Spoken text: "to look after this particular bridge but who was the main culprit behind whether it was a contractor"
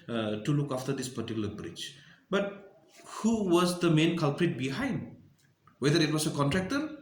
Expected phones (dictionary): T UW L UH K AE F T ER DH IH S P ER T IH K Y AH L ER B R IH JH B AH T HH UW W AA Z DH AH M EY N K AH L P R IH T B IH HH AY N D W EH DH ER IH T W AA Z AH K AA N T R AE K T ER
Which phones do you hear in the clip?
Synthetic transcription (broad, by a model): T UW L UH K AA F T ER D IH S P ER T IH K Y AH L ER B R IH CH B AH T HH UW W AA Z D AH M EY N K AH L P R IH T B IH HH AY N D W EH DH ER IH T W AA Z AH K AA N T R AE K T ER